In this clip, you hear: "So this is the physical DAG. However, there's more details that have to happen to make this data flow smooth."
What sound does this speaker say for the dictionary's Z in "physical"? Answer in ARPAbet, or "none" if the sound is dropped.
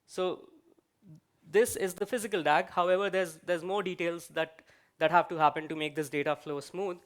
Z